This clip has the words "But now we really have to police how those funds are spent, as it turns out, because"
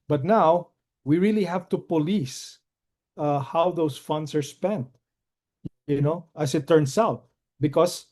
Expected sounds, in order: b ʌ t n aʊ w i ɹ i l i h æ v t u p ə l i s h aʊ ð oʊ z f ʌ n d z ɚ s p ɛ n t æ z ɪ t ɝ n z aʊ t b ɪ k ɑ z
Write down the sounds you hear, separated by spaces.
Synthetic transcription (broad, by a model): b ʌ t n aʊ w i ɹ i l i h æ v t u p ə l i s h aʊ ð oʊ s f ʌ n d s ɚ s p ɛ n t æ s ɪ t ɝ n s aʊ t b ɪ k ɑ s